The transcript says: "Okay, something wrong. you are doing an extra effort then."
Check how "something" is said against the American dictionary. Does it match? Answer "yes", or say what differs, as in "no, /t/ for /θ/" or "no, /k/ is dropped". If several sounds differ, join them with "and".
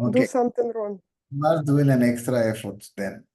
no, /t/ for /θ/